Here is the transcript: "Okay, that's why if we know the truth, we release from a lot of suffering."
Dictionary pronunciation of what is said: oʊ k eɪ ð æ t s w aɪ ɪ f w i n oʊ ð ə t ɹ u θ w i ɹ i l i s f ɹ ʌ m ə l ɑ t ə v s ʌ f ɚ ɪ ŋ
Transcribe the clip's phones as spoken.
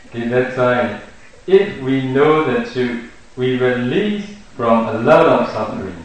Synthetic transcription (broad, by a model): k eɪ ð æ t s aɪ ɪ f w i n oʊ ð ə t u w i ɹ i l i s f ɹ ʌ m ə l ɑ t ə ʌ s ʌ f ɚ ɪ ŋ